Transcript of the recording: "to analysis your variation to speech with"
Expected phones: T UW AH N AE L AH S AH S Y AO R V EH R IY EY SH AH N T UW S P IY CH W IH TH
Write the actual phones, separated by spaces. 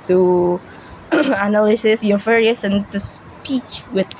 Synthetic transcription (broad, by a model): T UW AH N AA L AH S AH S Y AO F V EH R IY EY S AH N T UW S P IY CH W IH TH